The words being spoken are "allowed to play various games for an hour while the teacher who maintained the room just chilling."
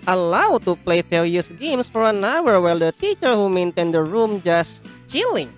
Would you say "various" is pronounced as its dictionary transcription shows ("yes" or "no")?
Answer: no